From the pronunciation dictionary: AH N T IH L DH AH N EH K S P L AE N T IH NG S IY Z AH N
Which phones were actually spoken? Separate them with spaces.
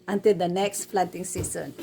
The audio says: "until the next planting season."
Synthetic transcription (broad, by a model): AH N T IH L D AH N EH K S F L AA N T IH NG S IY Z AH N